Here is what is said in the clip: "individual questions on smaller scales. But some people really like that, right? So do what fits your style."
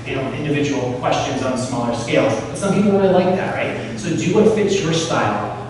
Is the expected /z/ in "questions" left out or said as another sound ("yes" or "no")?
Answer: no